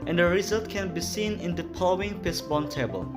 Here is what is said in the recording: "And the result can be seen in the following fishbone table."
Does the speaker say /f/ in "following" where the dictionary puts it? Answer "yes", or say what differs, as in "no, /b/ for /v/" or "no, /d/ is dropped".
no, /p/ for /f/